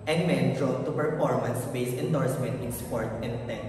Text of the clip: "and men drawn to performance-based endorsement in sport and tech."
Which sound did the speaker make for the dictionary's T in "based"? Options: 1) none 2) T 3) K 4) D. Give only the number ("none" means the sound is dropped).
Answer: 1